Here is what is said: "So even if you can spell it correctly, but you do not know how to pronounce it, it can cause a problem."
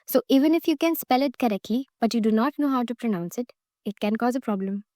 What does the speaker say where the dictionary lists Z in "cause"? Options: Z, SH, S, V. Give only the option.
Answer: Z